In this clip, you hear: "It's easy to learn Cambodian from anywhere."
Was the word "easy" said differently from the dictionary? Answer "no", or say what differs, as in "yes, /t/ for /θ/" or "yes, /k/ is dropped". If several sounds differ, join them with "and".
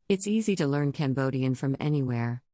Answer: no